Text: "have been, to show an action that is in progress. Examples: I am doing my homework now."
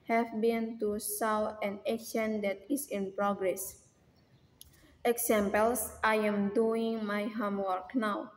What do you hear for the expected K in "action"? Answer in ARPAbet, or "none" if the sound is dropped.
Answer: none